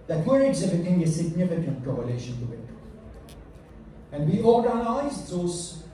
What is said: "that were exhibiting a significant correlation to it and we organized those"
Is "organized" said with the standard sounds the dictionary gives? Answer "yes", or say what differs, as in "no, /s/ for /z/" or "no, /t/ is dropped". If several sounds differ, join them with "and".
no, /n/ is dropped